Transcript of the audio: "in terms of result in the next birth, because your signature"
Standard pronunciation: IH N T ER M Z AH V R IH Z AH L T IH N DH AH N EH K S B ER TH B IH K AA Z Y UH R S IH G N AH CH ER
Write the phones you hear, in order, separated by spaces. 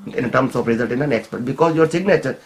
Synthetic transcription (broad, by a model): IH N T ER M S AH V R IH Z AH L T IH N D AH N EH K S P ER T B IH K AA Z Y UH R S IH G N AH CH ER